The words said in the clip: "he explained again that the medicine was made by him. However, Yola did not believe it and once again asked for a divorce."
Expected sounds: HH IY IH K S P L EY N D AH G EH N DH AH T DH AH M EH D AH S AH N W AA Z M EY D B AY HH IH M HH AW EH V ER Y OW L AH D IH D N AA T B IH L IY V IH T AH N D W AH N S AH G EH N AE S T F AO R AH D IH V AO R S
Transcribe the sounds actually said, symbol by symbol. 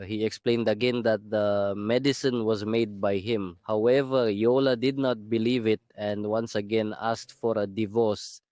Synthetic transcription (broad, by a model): HH IY IH K S P L EY N D AH G EH N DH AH T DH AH M EH D AH S AH N W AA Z M EY D B AY HH IH M HH AW EH V ER Y OW L AH D IH D N AA T B IH L IY V IH T AH N D W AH N S AH G EH N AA S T F AO R AH D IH V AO R S